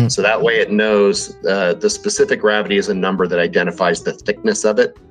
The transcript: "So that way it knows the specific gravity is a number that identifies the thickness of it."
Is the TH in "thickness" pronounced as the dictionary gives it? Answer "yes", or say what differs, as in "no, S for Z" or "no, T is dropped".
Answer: yes